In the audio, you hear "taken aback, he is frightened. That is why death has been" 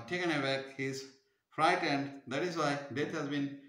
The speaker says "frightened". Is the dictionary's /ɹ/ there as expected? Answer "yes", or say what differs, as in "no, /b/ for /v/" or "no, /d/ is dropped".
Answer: yes